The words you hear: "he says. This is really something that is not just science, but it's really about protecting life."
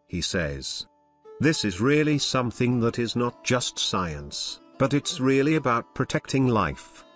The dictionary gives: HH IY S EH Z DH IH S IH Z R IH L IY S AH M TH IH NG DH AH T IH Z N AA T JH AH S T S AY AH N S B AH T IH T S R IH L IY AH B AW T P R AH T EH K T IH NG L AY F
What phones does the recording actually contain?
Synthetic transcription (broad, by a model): HH IY S EH Z DH IH S IH Z R IH L IY S AH M TH IH NG DH AH T IH Z N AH T JH AH S T S AY AH N S B AH T IH T S R IH L IY AH B AW T P R AH T EH K T IH NG L AY F